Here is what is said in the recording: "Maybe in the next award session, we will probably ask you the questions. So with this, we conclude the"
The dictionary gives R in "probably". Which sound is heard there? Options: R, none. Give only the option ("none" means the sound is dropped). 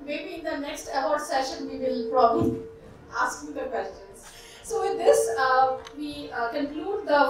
R